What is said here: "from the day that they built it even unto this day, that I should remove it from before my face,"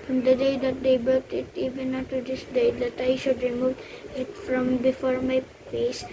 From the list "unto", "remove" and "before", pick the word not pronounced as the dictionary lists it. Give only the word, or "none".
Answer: unto